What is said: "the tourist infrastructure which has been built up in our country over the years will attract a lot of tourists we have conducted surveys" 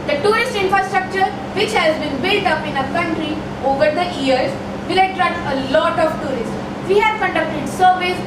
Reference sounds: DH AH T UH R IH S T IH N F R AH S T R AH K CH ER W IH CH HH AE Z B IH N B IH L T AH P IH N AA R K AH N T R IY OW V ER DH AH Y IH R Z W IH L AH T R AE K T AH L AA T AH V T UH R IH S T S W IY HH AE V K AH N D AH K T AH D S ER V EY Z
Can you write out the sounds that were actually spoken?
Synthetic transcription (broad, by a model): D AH T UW R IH S T IH N F R AH S T R AH K CH ER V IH CH HH AE Z B IH N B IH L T AH P IH N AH K AH N T R IY OW V ER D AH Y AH R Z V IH L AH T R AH T AH L AA T AH V T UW R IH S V IY HH AE V K AH N D AH K T AH D S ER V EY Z